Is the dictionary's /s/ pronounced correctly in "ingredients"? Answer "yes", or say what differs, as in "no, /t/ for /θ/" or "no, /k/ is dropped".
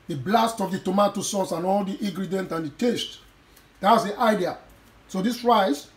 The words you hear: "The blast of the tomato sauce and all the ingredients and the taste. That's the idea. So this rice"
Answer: no, /s/ is dropped